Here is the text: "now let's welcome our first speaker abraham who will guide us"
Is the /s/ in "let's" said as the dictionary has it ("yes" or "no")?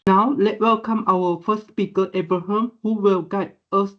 no